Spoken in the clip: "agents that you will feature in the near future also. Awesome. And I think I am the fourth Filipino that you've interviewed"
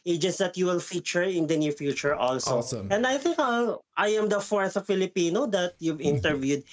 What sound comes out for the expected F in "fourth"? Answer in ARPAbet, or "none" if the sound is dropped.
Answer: F